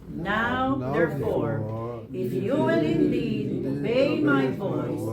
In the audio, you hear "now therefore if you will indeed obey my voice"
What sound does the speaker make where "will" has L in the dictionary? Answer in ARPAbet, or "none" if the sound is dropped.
N